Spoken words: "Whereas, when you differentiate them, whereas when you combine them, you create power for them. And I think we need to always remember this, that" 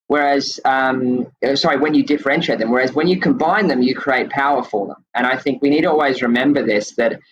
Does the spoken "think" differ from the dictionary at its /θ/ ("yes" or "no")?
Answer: no